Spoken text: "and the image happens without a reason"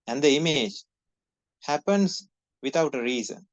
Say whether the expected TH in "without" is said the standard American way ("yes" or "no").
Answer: no